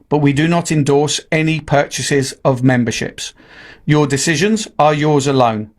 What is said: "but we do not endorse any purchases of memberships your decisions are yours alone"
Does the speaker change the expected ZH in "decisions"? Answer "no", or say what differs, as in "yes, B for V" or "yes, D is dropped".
no